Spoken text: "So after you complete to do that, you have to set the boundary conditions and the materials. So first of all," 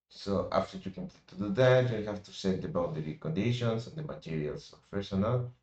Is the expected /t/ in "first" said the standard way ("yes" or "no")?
no